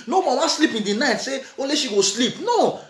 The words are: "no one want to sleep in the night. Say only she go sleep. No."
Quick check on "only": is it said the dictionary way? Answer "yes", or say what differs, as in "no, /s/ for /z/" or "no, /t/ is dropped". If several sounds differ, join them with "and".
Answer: no, /n/ is dropped